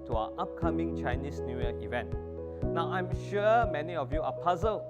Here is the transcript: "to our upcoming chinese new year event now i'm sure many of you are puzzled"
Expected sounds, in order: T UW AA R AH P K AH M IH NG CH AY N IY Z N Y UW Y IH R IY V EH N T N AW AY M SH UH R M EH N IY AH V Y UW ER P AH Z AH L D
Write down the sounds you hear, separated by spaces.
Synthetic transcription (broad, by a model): T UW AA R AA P K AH M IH NG CH AY N IY S N Y UW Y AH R IY V EH N T N AW AY M SH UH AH M EH N IY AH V Y UW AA P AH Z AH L